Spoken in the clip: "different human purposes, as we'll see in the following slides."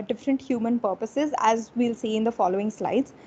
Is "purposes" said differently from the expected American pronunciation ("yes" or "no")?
no